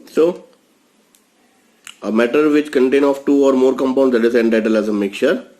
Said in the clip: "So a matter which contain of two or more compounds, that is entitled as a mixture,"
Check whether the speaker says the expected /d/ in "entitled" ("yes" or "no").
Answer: no